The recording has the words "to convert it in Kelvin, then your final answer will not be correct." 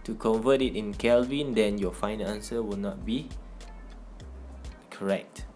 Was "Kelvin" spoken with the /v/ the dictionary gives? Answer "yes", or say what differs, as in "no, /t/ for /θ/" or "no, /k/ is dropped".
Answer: yes